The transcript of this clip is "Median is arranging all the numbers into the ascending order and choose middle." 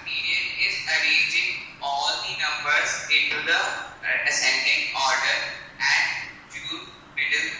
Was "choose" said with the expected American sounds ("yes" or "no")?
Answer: no